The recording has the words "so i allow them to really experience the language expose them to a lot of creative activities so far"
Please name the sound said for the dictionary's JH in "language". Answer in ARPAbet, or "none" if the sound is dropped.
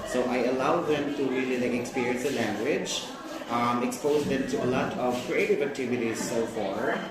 JH